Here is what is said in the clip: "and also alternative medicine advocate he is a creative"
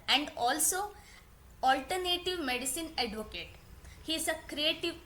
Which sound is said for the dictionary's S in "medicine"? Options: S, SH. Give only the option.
S